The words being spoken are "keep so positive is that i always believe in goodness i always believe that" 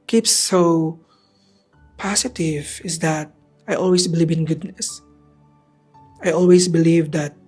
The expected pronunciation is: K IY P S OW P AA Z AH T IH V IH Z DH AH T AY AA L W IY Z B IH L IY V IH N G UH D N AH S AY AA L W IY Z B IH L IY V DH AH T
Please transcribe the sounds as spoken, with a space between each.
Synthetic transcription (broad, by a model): K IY P S OW P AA S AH T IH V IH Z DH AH T AY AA L W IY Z B IH L IY V IH N G UH D N AH S AY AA L W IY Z B IH L IY V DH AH T